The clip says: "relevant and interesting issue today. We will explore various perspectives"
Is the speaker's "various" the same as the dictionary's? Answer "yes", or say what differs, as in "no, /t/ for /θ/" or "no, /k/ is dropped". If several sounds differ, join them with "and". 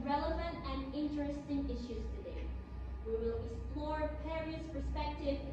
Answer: no, /p/ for /v/